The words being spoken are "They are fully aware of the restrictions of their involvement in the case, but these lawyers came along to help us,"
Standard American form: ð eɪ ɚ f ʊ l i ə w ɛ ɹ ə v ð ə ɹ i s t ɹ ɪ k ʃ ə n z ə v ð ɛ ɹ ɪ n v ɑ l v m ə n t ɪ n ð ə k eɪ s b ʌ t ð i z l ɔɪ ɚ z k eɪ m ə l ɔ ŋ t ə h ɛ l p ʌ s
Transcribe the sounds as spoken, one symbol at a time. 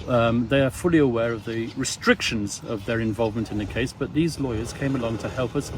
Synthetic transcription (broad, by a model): ð eɪ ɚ f ʊ l i ə w ɛ ɹ ə v ð ə ɹ i s t ɹ ɪ k ʃ ə n z ə v ð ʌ ɹ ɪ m v ɑ l v m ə n t ɪ n ð ə k eɪ s b ʌ t ð i z l ɔɪ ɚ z k eɪ m ə l ɔ ŋ t ə h ɛ l p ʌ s